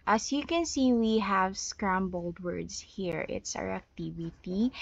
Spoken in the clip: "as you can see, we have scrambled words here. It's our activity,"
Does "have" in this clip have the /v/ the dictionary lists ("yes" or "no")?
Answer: yes